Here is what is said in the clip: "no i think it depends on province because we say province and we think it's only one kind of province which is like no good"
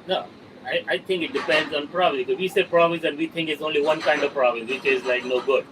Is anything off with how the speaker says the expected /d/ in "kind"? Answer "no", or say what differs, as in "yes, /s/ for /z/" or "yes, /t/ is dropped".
no